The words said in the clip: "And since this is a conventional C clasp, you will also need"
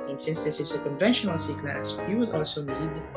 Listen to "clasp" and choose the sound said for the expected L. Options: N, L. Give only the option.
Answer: N